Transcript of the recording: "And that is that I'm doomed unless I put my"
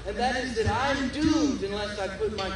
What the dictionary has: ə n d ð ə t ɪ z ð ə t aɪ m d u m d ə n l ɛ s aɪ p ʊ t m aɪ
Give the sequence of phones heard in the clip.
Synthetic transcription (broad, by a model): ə n ð ə t ɪ z ð ə t aɪ m d u m d ə n l ɛ s aɪ p ʊ t m aɪ